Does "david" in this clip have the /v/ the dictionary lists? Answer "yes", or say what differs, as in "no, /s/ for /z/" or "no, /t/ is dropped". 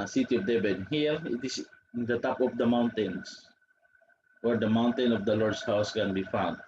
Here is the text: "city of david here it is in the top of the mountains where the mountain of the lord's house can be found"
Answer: no, /b/ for /v/